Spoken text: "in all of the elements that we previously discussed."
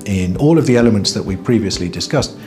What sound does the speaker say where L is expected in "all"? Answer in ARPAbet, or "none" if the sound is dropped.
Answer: L